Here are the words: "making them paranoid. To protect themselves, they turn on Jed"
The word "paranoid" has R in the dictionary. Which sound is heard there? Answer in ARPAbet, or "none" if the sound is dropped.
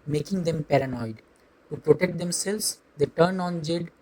R